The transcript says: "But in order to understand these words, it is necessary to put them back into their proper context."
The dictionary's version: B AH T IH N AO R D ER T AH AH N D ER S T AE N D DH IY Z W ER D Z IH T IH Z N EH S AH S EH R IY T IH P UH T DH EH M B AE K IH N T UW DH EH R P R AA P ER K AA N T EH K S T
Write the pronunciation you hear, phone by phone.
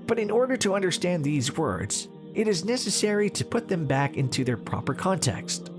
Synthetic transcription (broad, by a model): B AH T IH N AO R D ER T AH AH N D ER S T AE N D DH IY Z W ER D Z IH T IH Z N EH S AH S EH R IY T IH P UH T DH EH M B AE K IH N T UW DH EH R P R AA P ER K AA N T EH K S T